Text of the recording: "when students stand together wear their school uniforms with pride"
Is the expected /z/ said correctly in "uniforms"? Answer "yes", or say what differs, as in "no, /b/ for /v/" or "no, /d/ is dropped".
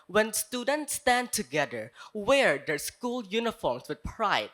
no, /s/ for /z/